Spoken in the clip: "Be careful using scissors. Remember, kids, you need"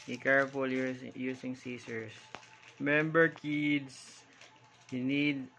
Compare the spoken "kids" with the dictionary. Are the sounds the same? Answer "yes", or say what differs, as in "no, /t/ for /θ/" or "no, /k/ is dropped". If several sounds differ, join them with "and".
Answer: no, /s/ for /z/